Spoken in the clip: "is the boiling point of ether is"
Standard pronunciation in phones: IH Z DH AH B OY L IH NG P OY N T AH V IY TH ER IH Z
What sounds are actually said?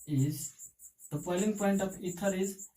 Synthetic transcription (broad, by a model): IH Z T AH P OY L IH NG P OY N T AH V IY T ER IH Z